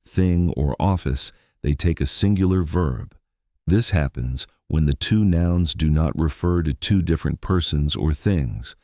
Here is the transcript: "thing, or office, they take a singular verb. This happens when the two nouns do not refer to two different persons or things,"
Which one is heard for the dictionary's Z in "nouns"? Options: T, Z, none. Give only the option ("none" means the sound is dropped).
Z